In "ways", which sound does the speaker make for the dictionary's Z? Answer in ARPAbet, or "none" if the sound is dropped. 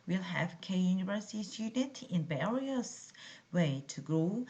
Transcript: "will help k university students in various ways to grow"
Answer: none